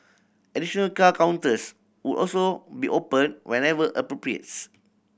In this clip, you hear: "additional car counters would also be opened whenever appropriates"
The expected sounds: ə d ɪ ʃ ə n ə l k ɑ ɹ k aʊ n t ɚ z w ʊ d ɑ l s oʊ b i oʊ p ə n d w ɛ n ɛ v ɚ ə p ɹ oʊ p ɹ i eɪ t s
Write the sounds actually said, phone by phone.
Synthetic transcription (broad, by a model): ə d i ʃ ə n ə l k ɑ k aʊ n t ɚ s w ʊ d ɑ l s oʊ b i oʊ p ə n w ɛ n ɛ v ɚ ə p ɹ oʊ p ɹ i eɪ t s